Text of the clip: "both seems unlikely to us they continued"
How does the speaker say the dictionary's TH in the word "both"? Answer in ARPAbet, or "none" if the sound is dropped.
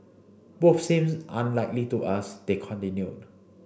F